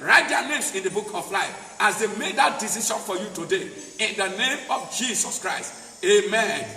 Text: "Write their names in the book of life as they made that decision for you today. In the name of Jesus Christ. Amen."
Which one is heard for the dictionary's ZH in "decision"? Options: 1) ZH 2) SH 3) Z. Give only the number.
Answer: 2